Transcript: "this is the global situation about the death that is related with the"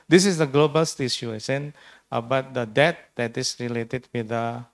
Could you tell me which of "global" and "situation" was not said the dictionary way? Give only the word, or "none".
situation